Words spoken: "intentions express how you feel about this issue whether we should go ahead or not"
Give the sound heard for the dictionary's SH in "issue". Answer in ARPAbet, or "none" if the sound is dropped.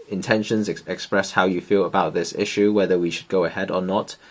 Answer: SH